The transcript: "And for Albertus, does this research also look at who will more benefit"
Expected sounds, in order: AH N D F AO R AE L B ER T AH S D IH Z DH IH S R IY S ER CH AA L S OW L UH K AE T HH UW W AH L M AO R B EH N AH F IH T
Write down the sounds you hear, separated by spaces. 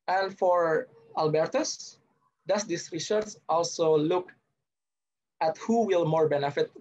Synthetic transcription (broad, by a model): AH N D F AO R AE L B ER T AH S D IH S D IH S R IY SH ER S AA L S OW L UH K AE T HH UW W AH L M AO R B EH N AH F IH T